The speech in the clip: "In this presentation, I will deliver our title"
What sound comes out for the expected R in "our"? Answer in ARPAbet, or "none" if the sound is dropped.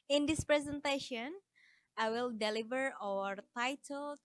R